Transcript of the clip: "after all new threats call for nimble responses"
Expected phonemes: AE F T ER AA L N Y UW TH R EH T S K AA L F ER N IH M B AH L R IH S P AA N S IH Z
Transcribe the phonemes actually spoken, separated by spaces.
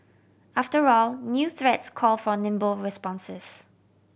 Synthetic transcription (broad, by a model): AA F T ER AA L N Y UW TH R EH T S K AA L F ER N IH M B AH L R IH S P AA N S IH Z